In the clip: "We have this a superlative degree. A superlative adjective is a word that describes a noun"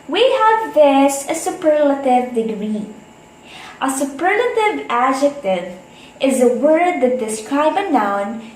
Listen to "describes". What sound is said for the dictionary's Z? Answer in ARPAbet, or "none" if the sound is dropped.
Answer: none